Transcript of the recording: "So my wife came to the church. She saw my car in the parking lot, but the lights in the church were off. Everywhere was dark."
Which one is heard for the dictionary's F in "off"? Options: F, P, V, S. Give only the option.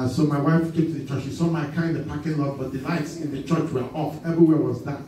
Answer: F